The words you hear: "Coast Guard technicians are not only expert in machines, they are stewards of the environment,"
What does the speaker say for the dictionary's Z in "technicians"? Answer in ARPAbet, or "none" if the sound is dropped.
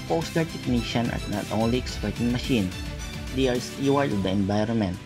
none